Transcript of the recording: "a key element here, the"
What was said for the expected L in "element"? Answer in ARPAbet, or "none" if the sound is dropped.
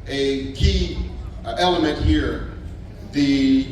L